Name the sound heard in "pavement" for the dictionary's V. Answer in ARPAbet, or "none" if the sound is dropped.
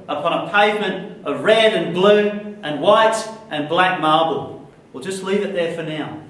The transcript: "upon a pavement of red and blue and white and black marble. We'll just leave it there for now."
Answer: V